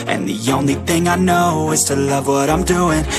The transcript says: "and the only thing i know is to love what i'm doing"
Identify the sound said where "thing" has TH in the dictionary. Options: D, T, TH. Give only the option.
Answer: TH